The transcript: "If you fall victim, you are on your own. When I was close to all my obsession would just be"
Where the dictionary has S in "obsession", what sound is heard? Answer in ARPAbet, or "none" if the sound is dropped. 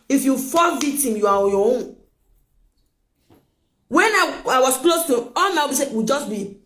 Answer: none